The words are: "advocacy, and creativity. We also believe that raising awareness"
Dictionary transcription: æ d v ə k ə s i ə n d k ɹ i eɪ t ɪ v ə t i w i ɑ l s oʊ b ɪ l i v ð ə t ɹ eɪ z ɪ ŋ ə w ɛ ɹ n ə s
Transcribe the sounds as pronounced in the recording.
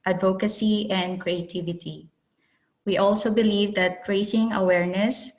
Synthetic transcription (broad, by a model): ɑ d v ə k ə s i ə n d k ɹ i eɪ t ɪ v ə t i w i ɑ l s oʊ b ɪ l i v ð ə t ɹ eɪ s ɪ ŋ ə w ɛ ɹ n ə s